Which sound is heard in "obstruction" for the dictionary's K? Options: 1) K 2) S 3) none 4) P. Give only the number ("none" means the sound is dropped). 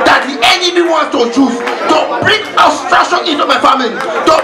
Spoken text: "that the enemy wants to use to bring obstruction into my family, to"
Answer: 3